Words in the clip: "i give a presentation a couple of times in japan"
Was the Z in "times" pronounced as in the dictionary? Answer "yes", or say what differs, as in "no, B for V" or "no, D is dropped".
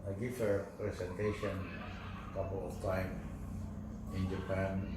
no, Z is dropped